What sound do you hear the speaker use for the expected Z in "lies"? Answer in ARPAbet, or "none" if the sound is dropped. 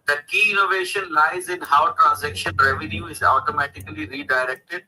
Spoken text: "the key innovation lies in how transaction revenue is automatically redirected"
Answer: Z